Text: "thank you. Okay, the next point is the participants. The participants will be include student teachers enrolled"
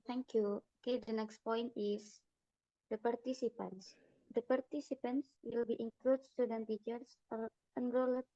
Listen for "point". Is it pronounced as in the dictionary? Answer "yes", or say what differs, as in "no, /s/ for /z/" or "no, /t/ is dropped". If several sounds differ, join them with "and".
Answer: yes